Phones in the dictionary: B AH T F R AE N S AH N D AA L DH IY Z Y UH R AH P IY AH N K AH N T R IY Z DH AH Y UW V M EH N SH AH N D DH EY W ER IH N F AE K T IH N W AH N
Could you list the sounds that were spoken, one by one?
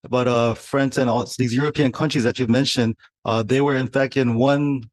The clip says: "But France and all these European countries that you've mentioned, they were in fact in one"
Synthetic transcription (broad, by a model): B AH T F R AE N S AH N AA L DH IY Z Y UH R AH P IY AH N K AH N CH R IY Z DH AH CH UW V M EH N SH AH N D DH EY W ER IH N F AE K T IH N W AH N